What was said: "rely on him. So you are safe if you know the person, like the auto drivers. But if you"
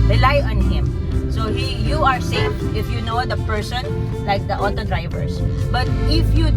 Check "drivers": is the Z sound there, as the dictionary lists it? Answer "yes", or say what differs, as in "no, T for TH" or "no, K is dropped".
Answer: no, S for Z